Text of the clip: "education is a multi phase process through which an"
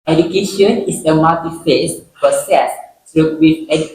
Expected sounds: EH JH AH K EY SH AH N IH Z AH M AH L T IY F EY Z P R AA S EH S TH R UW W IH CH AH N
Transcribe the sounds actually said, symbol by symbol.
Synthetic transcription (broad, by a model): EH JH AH K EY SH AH N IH S AH M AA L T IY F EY S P AA S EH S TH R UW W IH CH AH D